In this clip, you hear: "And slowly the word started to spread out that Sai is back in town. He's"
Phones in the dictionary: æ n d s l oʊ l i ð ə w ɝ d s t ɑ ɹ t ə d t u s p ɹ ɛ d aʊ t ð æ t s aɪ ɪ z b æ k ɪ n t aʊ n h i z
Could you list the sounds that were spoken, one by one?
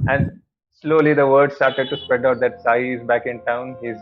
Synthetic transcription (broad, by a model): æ n d s l oʊ l i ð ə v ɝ d s t ɑ ɹ t ə d t u s p ɹ ɛ d aʊ t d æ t s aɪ ɪ z b æ k ɪ n t aʊ n h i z